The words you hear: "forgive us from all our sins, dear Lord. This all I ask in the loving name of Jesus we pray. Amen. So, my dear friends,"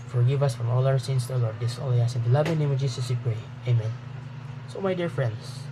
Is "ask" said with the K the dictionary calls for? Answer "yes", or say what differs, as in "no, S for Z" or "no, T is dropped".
no, K is dropped